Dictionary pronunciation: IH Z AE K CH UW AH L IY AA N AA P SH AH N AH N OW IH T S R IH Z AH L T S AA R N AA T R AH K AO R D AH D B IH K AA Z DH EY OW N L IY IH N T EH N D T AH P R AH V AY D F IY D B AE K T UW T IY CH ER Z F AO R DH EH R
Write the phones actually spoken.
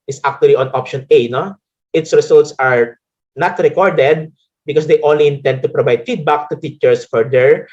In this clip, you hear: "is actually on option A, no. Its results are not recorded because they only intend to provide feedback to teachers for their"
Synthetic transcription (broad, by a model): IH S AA K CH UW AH L IY AA N AA P SH AH N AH N OW IH T S R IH S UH L T S AA R N AA T R AH K AO R D AH D B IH K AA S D EY OW N L IY IH N T EH N D T AH P R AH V AY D F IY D B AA K T UW T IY CH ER S F AO R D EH R